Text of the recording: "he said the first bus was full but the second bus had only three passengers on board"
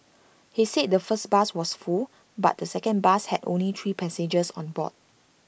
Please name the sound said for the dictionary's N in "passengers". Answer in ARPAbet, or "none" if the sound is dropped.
none